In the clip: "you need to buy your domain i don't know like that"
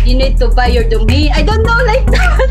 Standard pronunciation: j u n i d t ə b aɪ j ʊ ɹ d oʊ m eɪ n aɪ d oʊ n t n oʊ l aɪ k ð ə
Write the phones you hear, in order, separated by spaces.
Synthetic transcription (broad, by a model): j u n i d t ə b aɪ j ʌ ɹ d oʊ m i aɪ d oʊ n t n oʊ l aɪ k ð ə